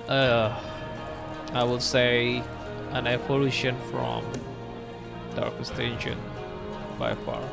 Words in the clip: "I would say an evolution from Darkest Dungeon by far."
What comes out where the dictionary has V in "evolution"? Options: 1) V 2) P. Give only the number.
2